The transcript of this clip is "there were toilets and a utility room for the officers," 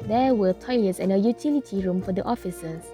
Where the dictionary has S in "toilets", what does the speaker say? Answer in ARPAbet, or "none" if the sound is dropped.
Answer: S